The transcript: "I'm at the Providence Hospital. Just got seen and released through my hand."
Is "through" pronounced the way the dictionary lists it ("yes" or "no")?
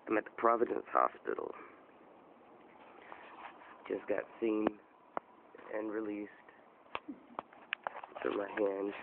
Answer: no